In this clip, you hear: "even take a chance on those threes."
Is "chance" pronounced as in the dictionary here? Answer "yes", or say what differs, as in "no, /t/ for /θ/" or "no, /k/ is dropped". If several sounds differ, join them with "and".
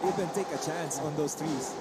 yes